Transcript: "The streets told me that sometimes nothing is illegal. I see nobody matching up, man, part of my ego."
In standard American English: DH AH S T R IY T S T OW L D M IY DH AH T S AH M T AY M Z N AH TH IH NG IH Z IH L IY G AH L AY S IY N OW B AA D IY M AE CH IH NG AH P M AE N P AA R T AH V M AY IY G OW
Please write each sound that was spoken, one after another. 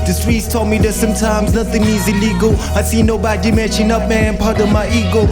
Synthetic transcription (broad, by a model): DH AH S T R IY T S T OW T M IY DH AH T S AH M T AY M Z N AH TH IH NG IH Z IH L IY G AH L AY S IY N OW B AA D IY M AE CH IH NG AH P M AE N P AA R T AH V M AY IY G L